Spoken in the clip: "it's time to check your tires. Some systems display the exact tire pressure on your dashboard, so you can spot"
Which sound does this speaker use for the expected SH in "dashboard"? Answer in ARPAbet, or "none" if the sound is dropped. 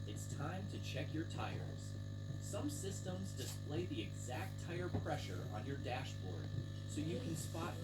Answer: SH